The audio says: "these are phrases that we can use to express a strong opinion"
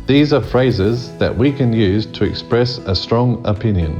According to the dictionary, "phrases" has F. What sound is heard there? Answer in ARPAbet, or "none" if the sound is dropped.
F